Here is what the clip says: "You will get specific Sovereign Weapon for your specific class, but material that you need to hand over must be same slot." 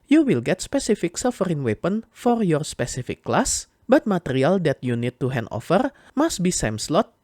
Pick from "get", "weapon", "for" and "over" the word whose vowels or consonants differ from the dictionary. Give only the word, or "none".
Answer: over